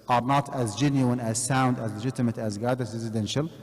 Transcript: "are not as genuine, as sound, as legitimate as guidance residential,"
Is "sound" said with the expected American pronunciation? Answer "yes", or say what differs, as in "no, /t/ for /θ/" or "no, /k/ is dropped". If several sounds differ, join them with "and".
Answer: yes